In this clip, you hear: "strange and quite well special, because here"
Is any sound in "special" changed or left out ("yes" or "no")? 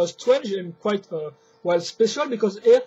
no